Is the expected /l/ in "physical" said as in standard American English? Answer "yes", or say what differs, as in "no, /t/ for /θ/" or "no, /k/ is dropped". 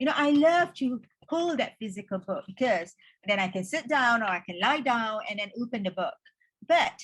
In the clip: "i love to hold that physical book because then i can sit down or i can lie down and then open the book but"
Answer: yes